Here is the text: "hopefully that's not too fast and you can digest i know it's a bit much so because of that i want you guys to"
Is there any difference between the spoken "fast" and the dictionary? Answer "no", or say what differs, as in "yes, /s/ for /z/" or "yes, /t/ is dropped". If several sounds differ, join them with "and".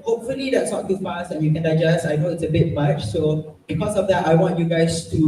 yes, /t/ is dropped